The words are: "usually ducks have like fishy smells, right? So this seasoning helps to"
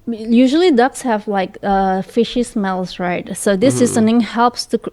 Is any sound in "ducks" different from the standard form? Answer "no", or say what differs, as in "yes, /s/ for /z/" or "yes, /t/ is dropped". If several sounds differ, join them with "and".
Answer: no